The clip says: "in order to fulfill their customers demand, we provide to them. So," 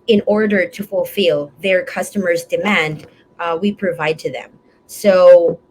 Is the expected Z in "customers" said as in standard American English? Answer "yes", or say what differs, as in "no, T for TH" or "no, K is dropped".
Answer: yes